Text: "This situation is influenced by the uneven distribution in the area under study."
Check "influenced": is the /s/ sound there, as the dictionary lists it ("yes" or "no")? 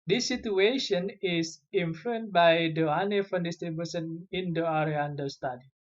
no